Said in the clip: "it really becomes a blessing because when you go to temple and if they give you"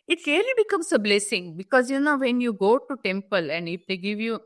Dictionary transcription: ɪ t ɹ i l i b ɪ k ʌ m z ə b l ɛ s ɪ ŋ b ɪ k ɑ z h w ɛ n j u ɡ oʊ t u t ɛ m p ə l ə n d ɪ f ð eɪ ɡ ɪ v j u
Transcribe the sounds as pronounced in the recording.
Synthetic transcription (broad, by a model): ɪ t l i l i b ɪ k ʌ m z ə b l ɛ s ɪ ŋ b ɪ k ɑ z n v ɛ n j u ɡ oʊ t u t ɛ m p ə l ə n d ɪ f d eɪ ɡ ɪ v j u